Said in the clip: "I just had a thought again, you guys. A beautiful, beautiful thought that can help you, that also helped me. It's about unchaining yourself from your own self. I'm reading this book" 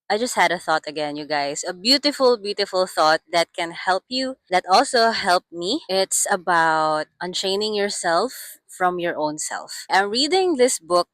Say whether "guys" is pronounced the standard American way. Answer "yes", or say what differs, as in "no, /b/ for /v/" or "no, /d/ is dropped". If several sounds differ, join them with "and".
no, /s/ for /z/